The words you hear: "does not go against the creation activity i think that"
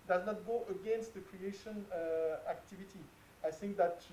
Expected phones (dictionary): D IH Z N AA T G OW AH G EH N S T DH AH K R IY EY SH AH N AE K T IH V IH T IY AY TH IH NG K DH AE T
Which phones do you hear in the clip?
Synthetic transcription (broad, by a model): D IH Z N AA T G OW AH G EH N S T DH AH K R IY EY SH AH N AE K T IH V IH T IY AY TH IH NG K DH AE T